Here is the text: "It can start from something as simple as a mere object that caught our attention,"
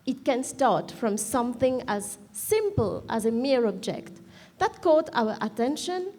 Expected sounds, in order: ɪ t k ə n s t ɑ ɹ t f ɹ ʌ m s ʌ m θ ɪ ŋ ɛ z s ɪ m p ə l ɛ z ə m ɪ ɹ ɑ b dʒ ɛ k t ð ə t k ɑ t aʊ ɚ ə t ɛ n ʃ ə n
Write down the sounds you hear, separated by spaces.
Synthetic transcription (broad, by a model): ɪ t k ə n s t ɑ ɹ t f ɹ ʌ m s ʌ m θ ɪ ŋ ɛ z s ɪ m p ə l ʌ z ə m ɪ ɹ ɑ b dʒ ɛ k t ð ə t k ɑ t aʊ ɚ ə t ɛ n ʃ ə n